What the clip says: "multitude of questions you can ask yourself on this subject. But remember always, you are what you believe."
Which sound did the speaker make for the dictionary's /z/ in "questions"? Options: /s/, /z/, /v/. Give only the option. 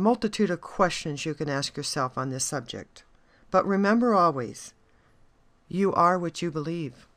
/z/